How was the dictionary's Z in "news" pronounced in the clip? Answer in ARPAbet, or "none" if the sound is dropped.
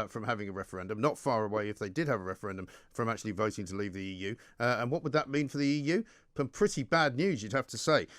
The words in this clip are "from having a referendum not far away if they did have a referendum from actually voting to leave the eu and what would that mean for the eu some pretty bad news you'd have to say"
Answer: Z